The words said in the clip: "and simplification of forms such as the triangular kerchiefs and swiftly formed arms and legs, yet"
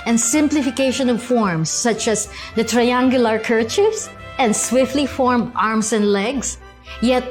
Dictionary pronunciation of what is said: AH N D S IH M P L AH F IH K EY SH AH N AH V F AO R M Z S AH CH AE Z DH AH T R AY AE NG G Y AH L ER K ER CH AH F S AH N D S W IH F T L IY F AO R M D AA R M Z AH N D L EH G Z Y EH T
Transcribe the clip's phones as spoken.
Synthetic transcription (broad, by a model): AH N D S IH M P L AH F IH K EY SH AH N AH V F AO R M S AH CH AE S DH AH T R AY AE NG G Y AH L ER K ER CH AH S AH N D S W IH F T L IY F AO R M D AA R M S AH N D L EH G S Y EH T